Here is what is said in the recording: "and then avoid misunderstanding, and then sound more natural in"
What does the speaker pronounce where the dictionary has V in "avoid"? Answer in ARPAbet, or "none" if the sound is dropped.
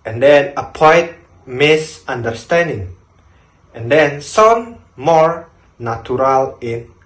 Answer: P